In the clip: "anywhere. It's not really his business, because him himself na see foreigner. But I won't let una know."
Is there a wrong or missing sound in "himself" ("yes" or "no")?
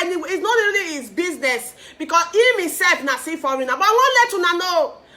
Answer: yes